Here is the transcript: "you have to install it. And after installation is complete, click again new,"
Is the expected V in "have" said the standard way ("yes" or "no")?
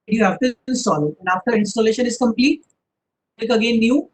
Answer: no